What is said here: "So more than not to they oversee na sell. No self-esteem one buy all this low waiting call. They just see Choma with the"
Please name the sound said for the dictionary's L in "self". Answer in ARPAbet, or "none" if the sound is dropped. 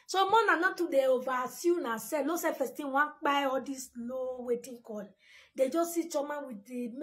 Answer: none